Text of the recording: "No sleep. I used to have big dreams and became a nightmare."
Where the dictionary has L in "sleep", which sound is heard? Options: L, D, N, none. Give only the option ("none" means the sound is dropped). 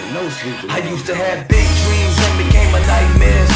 none